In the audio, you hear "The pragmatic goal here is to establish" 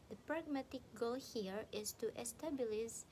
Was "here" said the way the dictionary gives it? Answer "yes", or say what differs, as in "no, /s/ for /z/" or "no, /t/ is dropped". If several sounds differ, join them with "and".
yes